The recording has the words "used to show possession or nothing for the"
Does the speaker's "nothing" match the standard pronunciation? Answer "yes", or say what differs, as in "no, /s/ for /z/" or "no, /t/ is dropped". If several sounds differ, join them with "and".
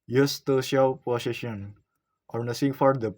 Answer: no, /s/ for /θ/